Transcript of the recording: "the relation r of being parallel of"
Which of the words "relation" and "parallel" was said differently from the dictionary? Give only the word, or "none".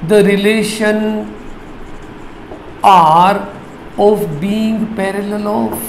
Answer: none